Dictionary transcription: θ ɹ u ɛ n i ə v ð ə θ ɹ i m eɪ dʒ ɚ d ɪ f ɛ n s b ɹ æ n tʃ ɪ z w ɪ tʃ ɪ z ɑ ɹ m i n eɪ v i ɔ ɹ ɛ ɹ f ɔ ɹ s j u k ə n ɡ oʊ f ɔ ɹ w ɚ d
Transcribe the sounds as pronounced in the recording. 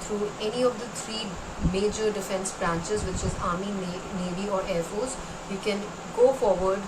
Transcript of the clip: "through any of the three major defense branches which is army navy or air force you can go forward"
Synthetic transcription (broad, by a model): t ɹ u ɛ n i ə v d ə t ɹ i m eɪ dʒ ɚ d ɪ f ɛ n s b ɹ æ n tʃ ɪ z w ɪ tʃ ɪ z ɑ ɹ m i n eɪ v i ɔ ɹ ɛ ɹ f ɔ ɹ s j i k ə n ɡ oʊ f ɔ ɹ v ɚ d